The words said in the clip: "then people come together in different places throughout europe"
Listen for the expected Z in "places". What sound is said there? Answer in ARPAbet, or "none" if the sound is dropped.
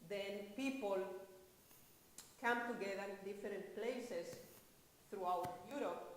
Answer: S